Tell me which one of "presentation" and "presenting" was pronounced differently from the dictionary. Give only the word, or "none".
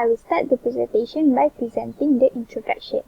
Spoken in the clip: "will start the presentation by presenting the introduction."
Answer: none